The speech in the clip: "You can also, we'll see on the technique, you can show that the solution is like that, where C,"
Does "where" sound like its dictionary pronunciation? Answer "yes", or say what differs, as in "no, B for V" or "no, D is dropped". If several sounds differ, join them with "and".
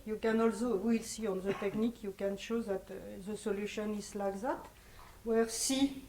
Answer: yes